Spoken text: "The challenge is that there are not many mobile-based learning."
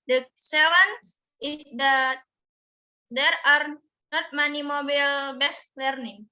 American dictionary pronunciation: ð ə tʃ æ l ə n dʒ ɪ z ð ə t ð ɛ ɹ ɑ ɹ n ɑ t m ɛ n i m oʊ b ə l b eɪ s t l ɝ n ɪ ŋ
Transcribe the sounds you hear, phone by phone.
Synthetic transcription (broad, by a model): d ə s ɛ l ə n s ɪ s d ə t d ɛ ɹ ɑ ɹ n ɑ t m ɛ n i m oʊ b ə l b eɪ s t l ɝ n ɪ ŋ